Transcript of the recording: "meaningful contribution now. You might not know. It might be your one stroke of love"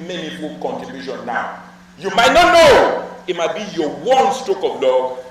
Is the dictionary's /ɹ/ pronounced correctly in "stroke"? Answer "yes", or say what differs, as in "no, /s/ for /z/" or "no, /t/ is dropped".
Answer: no, /ɹ/ is dropped